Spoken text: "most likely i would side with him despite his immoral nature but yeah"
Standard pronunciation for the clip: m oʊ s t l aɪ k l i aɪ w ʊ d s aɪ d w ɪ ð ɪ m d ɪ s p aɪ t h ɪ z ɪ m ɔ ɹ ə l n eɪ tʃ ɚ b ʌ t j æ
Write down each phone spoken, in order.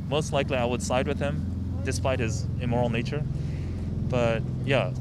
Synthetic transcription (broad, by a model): m oʊ s t l aɪ k l i aɪ w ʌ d s aɪ d w ɪ ð ɪ m d ɪ s p aɪ t h ɪ z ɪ m ɔ ɹ l n eɪ tʃ ɚ b ʌ t j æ